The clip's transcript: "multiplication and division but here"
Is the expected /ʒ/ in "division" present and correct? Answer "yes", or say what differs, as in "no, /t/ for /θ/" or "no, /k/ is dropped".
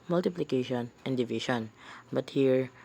no, /ʃ/ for /ʒ/